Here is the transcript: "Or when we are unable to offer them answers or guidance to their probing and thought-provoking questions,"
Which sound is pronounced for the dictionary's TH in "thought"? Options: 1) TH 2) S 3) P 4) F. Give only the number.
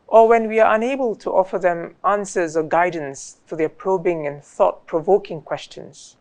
1